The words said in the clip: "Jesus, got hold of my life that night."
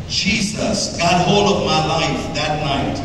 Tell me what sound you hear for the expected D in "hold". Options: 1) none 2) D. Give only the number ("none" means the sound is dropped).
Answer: 1